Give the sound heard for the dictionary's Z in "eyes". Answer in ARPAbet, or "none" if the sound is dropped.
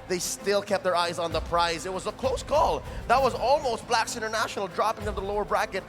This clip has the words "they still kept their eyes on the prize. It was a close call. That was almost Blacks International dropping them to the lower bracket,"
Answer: Z